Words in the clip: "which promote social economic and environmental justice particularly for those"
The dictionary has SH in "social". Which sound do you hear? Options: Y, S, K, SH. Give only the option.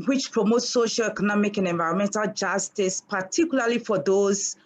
SH